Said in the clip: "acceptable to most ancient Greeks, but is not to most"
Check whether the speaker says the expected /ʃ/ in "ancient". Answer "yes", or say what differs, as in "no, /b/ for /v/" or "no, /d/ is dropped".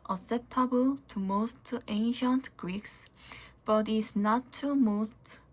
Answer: yes